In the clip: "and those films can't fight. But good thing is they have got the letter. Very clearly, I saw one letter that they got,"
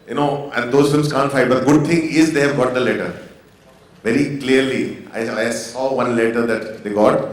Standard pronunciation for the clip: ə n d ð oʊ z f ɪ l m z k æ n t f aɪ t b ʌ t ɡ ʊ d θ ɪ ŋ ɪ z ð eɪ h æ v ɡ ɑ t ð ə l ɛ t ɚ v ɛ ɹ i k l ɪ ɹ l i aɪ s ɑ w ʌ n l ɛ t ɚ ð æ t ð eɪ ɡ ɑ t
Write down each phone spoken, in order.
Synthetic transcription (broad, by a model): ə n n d oʊ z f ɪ m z k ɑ n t f aɪ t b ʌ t ɡ ʊ d t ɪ ŋ ɪ z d eɪ h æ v ɡ ɑ t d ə l ɛ t ɚ v ɛ ɹ i k l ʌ ɹ l i aɪ s ɑ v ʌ n l ɛ t ɚ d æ t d eɪ ɡ ɑ t